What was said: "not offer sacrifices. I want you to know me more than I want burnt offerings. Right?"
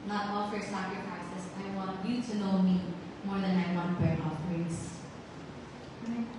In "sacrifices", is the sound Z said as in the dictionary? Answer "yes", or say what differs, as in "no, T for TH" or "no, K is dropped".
no, S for Z